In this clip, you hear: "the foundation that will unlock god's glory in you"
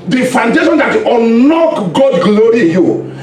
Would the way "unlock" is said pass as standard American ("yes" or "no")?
no